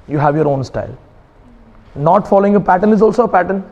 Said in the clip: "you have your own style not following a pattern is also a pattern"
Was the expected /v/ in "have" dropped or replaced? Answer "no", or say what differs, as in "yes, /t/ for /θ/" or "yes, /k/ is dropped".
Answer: no